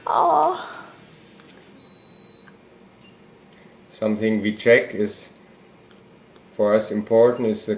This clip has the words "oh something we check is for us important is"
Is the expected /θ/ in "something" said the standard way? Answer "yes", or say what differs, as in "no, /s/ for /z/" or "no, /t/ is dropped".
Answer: yes